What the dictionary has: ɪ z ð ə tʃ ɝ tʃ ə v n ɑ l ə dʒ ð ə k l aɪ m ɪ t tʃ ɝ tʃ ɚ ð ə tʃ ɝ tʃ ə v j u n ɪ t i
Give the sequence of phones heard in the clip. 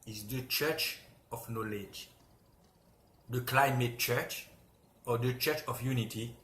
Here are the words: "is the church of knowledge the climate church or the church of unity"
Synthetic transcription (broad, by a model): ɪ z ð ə tʃ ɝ tʃ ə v n ɑ l ə dʒ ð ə k l aɪ m ɪ t tʃ ɝ tʃ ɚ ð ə tʃ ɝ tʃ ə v j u n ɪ t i